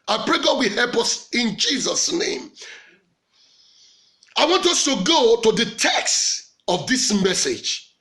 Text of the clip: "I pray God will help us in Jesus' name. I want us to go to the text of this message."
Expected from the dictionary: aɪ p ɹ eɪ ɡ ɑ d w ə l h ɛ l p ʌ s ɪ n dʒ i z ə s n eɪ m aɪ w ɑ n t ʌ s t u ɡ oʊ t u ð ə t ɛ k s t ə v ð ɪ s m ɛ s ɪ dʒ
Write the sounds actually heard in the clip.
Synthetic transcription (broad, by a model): aɪ p ɹ eɪ ɡ ɑ d w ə h ɛ l p ʌ s ɪ n dʒ i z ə s n eɪ m aɪ w ɑ n t ʌ s t u ɡ oʊ t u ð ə t ɛ k s t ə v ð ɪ s m ɛ s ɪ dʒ